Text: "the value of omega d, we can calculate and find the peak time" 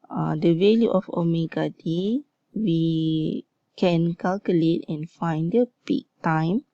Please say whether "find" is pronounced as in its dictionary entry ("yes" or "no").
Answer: yes